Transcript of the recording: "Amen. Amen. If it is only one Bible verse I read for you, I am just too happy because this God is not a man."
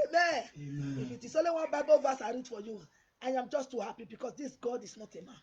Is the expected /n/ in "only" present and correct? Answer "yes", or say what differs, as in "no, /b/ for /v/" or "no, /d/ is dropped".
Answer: no, /n/ is dropped